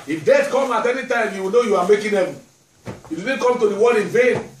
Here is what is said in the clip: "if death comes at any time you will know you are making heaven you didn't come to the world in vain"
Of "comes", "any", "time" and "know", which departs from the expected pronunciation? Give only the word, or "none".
comes